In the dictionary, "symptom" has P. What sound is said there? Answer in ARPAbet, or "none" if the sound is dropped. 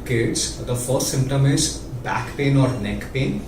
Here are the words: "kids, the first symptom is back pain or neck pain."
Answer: P